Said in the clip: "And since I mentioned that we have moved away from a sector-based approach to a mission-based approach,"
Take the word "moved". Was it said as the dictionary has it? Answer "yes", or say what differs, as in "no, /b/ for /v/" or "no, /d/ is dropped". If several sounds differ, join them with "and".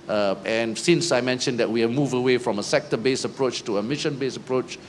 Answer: no, /d/ is dropped